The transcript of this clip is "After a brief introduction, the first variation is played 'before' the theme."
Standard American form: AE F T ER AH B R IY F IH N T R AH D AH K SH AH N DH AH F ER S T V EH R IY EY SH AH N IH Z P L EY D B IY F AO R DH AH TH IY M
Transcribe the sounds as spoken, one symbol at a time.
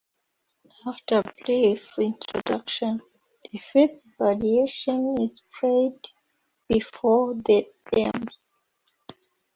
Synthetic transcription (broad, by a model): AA F T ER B L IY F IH N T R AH D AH K SH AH N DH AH F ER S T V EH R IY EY SH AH N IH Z P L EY D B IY F AO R DH AH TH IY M